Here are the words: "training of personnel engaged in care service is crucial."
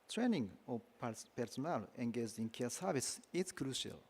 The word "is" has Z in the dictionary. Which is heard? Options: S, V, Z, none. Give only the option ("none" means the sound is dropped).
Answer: S